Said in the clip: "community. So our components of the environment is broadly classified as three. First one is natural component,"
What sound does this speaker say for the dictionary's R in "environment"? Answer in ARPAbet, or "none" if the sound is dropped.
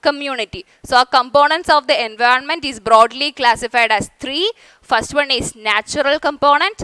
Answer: R